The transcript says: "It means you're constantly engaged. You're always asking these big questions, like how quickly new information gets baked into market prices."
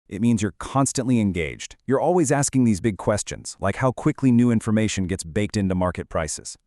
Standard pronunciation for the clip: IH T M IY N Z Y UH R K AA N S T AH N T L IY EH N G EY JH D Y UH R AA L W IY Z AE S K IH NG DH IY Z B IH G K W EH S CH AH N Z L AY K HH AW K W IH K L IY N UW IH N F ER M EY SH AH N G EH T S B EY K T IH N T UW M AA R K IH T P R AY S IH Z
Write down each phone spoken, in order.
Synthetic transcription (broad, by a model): IH T M IY N Z Y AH R K AA N S T AH N T L IY EH N G EY JH D Y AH R AA L W IY Z AE S K IH NG DH IY Z B IH G K W EH S CH AH N Z L AY K HH AW K W IH K L IY N UW IH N F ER M EY SH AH N G EH T S B EY K T IH N T UW M AA R K IH T P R AY S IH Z